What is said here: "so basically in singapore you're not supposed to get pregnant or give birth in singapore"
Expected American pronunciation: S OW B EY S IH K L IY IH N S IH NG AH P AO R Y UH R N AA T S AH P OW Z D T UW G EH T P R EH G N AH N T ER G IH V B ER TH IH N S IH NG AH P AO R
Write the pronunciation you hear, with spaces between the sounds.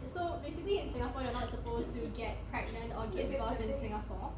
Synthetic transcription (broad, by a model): S OW B EY S IH K L IY IH N S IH NG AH P AO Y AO N AA T S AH P OW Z T UW G EH T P R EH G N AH N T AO G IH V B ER F IH N S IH NG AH P AO